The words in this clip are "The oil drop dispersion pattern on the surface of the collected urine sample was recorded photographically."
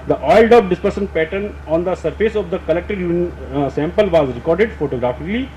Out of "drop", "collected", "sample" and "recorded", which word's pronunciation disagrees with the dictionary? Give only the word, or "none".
drop